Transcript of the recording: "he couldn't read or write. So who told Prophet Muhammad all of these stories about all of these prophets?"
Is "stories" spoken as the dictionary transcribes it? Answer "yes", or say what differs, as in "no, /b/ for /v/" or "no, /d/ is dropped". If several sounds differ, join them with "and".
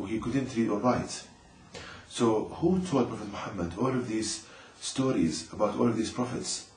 yes